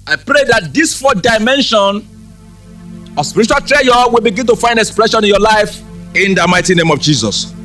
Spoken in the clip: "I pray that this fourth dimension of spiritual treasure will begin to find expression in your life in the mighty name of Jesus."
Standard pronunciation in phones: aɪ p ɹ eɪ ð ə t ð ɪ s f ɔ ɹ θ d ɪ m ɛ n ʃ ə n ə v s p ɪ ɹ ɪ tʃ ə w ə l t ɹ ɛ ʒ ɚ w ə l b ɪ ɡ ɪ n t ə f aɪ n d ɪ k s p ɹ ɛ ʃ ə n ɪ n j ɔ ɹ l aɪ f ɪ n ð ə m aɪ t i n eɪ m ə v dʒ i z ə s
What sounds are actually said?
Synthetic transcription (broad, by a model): aɪ p ɹ eɪ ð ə t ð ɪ s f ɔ d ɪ m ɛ n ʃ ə n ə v s p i ɹ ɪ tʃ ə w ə l t ɹ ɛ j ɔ w ə l b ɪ ɡ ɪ n t ə f aɪ n d ɪ k s p ɹ ɛ ʃ ə n ɪ n j ɔ l aɪ f ɪ n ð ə m aɪ t i n eɪ m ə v dʒ i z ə s